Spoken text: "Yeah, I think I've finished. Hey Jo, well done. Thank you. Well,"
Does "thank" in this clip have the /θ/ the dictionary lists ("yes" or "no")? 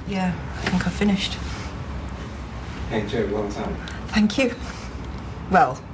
yes